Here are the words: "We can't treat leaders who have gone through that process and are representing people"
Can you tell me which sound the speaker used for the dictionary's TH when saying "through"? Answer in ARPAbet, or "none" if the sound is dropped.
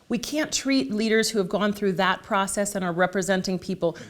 TH